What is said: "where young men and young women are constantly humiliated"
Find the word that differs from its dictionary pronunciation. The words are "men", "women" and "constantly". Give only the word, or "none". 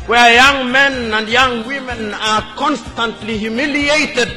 none